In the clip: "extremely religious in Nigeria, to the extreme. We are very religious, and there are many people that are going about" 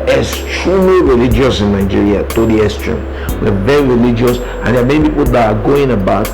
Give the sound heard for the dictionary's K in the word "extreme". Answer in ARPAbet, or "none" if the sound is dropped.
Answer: none